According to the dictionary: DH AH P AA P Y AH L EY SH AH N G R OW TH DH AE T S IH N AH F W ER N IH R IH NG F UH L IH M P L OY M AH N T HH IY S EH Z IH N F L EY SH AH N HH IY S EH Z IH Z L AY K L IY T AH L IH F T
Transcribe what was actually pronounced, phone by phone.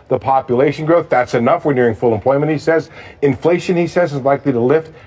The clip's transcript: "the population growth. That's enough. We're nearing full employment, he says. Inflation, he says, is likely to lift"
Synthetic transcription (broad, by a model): DH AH P AA P Y AH L EY SH AH N G R OW TH DH AE T S IH N AH F W ER N IH R IH NG F UH L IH M P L OY M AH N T HH IY S EH Z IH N F L EY SH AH N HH IY S EH Z IH Z L AY K L IY T AH L IH F T